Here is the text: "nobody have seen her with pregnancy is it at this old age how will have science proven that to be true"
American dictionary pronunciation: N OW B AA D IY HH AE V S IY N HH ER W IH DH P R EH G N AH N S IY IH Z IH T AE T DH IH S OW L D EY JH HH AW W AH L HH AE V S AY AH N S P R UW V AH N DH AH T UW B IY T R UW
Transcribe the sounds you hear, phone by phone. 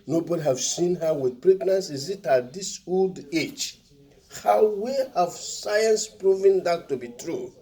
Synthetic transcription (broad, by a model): N OW B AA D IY HH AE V S IY N HH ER W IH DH P R EH G N AH N S IY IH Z IH T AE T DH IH S OW L D EY JH HH AW W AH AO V S AY AH N S P R UW V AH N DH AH T UW B IY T R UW